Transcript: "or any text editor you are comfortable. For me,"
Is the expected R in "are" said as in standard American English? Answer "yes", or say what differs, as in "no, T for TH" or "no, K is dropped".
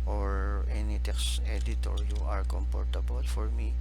yes